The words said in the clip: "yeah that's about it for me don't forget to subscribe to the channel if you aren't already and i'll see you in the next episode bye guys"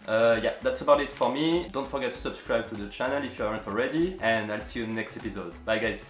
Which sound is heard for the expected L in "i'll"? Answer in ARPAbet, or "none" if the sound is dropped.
L